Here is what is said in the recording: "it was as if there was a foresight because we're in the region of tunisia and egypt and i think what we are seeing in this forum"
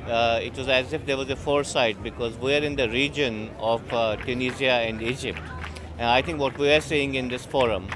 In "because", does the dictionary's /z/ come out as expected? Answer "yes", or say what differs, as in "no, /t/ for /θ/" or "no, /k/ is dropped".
yes